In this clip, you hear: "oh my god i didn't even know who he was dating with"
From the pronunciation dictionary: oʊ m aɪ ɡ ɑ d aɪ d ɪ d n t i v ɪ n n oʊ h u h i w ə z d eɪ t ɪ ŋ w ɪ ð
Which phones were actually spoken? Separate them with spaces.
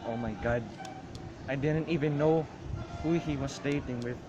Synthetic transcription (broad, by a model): oʊ m aɪ ɡ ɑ d aɪ d ɪ d n t i v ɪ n n oʊ h u h i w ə s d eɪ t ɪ ŋ w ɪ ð